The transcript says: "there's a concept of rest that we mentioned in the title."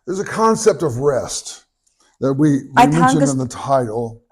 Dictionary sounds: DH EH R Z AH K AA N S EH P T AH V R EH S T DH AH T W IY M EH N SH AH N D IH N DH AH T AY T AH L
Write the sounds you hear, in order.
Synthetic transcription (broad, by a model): DH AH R Z AH K AA N S EH P T AH V R EH S T DH AH T W IY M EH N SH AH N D IH N DH AH T AY T L